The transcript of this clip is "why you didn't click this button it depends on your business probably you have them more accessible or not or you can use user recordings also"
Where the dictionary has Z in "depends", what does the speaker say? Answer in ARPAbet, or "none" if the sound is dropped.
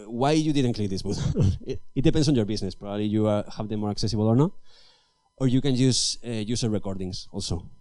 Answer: S